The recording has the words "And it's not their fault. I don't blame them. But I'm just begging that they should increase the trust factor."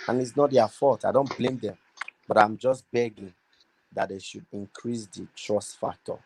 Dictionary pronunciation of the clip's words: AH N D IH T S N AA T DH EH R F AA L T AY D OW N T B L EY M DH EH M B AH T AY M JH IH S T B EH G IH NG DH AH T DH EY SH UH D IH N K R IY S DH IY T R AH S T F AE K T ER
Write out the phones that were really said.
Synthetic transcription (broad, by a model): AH N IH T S N AA T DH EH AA F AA T AY D OW N T B L EY M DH EH M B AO T AY M JH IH S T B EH G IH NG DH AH T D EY SH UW D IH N K R IY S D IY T R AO S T F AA K T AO